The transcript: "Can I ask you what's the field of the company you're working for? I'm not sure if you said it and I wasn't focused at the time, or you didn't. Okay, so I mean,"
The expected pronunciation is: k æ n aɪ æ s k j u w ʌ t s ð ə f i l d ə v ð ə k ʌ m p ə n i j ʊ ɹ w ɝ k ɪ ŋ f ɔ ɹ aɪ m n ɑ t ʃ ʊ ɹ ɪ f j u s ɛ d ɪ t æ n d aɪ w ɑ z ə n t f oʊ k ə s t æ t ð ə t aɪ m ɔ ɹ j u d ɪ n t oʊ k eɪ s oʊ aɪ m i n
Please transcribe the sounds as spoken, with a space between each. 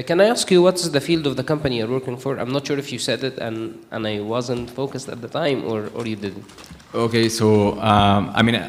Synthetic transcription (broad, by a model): k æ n aɪ æ s k j u w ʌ t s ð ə f i l d ə v ð ə k ʌ m p ə n i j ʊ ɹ w ɝ k ɪ ŋ f ɔ ɹ aɪ m n ɑ t ʃ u ɹ ɪ f j u s ɛ d ɪ t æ n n aɪ w ɑ z ə n t f oʊ k ə s t æ t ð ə t aɪ m ɔ ɹ j u d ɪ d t oʊ k eɪ s oʊ aɪ m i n